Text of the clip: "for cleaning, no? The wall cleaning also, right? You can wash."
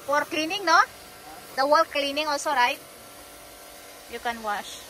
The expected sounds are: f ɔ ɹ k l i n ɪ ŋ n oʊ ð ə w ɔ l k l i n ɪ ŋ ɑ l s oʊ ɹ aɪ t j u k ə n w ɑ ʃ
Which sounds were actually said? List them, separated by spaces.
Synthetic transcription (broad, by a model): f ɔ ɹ k l i n ɪ ŋ n oʊ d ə w ɔ l k l i n ɪ ŋ ɑ l s oʊ ɹ aɪ t j u k ə n w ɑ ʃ